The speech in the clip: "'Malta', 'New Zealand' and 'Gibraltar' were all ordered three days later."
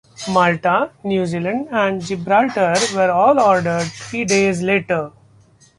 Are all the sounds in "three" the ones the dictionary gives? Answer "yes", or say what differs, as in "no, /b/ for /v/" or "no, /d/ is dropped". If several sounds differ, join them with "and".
no, /t/ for /θ/